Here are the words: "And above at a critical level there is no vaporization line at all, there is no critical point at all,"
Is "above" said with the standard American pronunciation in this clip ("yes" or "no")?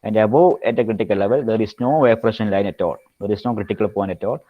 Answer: no